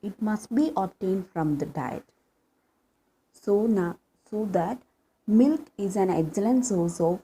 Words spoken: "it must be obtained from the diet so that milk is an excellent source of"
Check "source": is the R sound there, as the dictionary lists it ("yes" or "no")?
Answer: no